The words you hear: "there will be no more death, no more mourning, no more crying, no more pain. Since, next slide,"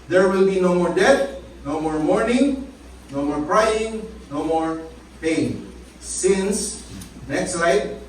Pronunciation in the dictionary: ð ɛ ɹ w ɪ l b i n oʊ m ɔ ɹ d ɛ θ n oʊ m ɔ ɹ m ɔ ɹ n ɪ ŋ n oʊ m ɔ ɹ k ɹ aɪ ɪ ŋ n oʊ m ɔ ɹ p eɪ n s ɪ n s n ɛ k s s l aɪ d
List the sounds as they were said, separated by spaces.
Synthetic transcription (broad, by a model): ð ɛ ɹ w ɪ l b i n oʊ m ɔ ɹ d ɛ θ n oʊ m ɔ ɹ m ɔ ɹ n ɪ ŋ n oʊ m ɔ ɹ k ɹ aɪ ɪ ŋ n oʊ m ɔ ɹ p eɪ n s ɪ n s n ɛ k s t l aɪ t